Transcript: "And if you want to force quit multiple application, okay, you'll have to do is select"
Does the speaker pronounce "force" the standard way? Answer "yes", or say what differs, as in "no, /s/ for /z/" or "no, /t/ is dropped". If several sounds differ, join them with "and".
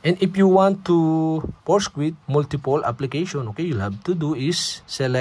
no, /p/ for /f/